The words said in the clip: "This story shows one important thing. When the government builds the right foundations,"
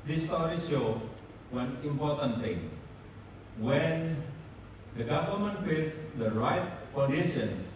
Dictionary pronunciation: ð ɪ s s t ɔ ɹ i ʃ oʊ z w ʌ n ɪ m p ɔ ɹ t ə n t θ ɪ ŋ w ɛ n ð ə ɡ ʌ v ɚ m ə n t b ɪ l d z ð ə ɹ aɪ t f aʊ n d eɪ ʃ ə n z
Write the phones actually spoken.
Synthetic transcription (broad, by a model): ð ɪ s s t ɔ ɹ i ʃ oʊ w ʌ n ɪ m p ɔ ɹ t ə n t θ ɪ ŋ w ɛ n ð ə ɡ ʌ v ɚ m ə n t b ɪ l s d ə ɹ aɪ t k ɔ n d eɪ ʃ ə n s